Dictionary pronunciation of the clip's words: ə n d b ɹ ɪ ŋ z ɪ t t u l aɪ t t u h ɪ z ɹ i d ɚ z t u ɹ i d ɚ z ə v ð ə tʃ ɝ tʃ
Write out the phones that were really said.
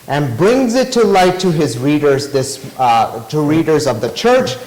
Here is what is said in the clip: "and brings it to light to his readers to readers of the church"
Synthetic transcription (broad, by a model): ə n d b ɹ ɪ ŋ z ɪ t t u l aɪ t t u h ɪ z ɹ i d ɚ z t u ɹ i d ɚ z ə v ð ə tʃ ɝ tʃ